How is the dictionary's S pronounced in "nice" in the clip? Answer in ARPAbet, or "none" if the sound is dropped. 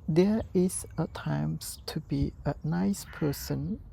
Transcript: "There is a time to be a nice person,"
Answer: S